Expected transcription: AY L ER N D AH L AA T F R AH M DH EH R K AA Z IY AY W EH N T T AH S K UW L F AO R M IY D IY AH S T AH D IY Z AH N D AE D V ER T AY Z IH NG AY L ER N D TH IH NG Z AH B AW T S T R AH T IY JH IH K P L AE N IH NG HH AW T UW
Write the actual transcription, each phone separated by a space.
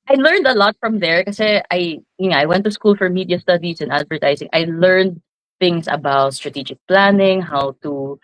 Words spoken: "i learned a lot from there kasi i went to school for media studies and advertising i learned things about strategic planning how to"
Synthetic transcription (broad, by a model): AY L ER N D AH L AA T F R AH M DH EH R K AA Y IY AY W EH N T T AH S K UW L F AO R M IY D IY AH S T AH D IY S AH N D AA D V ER T AY S IH NG AY L ER N D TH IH NG S AH B AW T S T R AH T IY JH IH K P L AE N IH NG HH AW T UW